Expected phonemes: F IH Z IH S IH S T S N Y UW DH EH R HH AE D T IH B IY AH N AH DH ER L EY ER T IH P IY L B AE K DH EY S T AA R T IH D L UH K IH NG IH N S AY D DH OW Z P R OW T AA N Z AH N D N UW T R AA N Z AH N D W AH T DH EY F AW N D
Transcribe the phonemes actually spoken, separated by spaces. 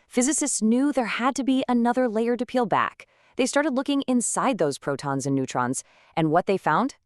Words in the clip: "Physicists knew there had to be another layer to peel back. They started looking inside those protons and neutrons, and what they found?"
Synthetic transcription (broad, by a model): F IH Z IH S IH S T S N Y UW DH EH R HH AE D T IH B IY AH N AH DH ER L EY ER T IH P IY L B AE K DH EY S T AA R T IH D L UH K IH NG IH N S AY D DH OW Z P R OW T AA N Z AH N N UW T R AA N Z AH N W AH T DH EY F AW N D